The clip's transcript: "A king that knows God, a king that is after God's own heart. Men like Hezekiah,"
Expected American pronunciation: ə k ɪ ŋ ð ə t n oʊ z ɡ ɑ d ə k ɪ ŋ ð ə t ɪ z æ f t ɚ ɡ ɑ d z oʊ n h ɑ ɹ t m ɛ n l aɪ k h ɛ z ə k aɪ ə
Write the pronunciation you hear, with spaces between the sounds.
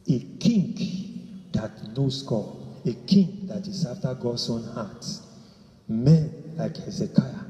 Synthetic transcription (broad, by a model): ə k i ŋ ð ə t n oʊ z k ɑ ə k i ŋ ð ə t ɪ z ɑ f t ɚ ɡ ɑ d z oʊ n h ɑ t m ɛ n l aɪ k h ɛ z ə k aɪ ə